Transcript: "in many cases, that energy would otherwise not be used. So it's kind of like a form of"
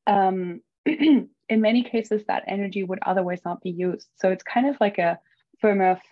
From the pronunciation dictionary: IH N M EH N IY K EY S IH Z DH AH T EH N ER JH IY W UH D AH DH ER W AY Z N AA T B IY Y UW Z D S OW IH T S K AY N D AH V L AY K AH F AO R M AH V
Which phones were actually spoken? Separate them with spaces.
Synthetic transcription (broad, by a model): IH N M EH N IY K EY S IH Z DH AH T EH N ER JH IY W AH D AH DH ER W AY Z N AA T B IY Y UW Z D S OW IH T S K AY N D AH V L AY K AH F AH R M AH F